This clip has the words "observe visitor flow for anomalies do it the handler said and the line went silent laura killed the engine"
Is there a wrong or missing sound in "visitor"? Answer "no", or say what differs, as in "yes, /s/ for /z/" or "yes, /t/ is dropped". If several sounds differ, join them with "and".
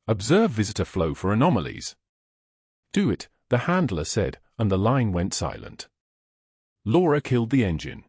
no